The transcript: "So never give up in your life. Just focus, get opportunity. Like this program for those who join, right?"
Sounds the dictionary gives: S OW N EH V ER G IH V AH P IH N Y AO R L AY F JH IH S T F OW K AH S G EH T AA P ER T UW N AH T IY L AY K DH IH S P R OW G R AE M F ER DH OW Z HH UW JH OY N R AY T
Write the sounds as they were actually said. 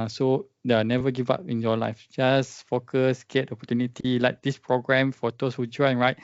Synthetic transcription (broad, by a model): S OW N EH V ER G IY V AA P IH N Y AO L AY F JH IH S F OW K AH S G EH T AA P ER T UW N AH T IY L AY K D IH S P R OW G R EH M F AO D OW S HH UW JH OY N R AY T